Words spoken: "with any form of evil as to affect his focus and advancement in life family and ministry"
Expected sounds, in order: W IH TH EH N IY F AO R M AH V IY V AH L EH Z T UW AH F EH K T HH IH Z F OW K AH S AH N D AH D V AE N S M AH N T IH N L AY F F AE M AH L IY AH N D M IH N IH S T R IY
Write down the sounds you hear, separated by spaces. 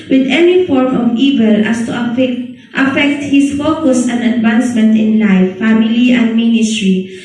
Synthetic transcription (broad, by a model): W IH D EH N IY F AO R M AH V IY V AH L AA S T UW AH F EH K T HH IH S F OW K AH S AH N D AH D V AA N S M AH N T IH N L AY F F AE M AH L IY AH N D M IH N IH S T R IY